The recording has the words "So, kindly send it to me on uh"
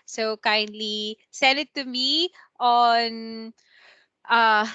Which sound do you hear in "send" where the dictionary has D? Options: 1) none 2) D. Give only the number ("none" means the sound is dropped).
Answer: 1